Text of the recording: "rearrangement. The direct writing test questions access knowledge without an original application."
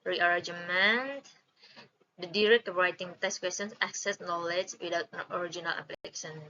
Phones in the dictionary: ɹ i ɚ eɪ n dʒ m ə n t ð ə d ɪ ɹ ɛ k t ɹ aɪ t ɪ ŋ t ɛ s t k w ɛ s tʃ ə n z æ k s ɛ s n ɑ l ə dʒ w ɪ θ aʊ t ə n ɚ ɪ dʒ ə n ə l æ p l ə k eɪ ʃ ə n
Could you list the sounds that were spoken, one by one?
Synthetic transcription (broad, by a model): ɹ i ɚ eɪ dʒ m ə n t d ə d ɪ ɹ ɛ k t ɹ aɪ t ɪ ŋ t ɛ s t k w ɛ s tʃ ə n s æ k s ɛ s n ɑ l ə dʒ w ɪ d aʊ t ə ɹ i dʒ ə n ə l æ p l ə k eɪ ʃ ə n